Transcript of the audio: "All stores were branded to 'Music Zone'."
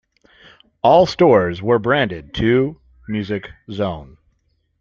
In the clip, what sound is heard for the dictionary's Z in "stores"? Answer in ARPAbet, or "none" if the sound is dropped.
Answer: Z